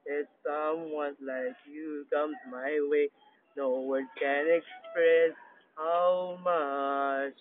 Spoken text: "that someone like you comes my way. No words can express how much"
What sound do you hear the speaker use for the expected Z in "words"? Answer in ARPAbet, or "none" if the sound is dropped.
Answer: none